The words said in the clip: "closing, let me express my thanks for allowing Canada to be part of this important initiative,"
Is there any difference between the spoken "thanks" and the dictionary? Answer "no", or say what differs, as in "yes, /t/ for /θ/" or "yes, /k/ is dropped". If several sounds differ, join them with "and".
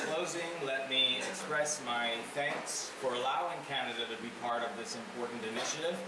no